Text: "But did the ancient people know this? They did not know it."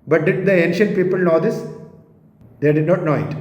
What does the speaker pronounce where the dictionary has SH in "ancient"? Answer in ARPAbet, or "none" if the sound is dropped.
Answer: SH